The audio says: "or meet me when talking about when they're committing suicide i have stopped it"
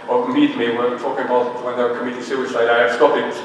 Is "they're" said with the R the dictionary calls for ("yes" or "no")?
no